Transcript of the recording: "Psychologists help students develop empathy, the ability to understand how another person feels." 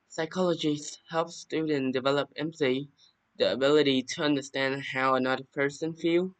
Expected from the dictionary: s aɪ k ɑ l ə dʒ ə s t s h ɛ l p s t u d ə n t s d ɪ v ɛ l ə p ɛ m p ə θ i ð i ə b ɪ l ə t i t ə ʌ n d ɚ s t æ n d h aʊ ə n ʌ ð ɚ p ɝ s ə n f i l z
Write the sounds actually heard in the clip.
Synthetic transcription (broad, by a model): s aɪ k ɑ l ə dʒ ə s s h ɛ l f s t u d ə n d ɪ v ɛ l ə p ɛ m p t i ð i ə b ɪ l ə t i t ə ʌ n d ɚ s t æ n d h aʊ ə n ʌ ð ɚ p ɝ s ə n f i l